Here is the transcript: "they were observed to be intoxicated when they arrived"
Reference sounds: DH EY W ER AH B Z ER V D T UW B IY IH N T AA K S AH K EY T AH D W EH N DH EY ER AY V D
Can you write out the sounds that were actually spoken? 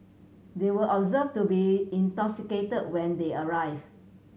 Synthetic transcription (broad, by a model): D EY W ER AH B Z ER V T UW B IY IH N T AA K S AH K EY T AH D W EH N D EY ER AY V